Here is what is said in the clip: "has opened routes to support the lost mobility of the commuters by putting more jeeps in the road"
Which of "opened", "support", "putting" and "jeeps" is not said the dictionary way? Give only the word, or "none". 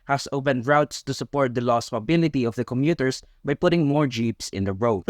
none